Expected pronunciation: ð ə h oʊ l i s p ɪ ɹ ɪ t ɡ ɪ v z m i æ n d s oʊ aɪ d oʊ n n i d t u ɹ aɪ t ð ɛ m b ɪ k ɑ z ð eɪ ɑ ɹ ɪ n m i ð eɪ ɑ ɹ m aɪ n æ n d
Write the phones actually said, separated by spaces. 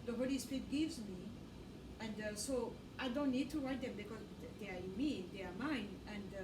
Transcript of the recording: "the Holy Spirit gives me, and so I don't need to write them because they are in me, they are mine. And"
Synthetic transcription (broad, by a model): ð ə h oʊ l i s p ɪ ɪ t ɡ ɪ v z m i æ n d s oʊ aɪ d oʊ n n i d t u ɹ aɪ t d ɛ m b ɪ k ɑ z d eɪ ɑ ɹ ɪ n m i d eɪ ɑ ɹ m aɪ n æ n d